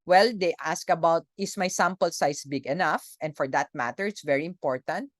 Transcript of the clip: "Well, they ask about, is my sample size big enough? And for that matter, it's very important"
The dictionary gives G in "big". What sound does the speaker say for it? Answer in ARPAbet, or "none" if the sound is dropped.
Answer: G